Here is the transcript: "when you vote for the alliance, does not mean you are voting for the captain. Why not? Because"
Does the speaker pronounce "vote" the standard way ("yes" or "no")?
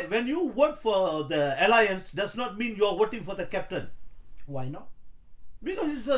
no